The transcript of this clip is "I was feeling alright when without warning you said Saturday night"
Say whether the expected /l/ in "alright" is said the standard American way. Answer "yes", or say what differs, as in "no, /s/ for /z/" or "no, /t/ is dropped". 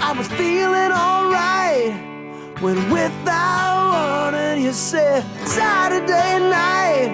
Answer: yes